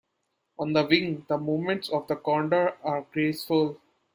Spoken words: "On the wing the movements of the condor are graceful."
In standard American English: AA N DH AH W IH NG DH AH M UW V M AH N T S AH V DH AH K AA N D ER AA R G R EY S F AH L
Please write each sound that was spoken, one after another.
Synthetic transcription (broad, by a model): AA N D AH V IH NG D AH M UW M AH N T S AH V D AH K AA N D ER AA R G R EY S F AH L